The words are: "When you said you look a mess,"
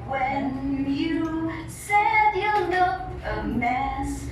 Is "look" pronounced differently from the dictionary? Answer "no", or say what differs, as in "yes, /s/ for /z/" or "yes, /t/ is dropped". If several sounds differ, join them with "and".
yes, /n/ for /l/ and /k/ is dropped